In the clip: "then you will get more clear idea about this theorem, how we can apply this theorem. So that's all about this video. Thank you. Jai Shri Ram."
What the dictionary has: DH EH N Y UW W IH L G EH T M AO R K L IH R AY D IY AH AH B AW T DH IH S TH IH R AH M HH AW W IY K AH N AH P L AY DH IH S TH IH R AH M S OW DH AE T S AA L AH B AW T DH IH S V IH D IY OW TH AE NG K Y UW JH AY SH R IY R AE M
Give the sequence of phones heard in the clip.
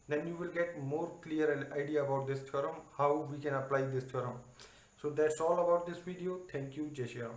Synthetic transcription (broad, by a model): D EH N Y UW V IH L G EH T M AO R K L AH R AY D IY AH AH B AW T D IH S T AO R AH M HH AW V IY K AH N AH P L AY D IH S T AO R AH M S OW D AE T S AA L AH B AW T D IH S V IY D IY OW T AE NG K Y UW JH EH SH IY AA